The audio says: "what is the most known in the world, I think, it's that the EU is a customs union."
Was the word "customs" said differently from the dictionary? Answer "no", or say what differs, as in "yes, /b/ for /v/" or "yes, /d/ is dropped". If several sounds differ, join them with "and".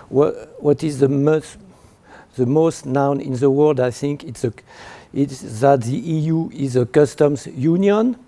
no